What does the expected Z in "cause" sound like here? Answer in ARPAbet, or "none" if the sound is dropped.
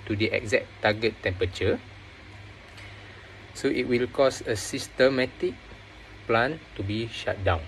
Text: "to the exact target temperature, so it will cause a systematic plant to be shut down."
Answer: S